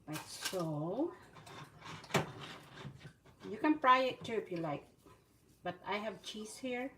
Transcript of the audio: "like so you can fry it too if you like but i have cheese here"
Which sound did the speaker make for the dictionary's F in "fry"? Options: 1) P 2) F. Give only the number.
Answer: 1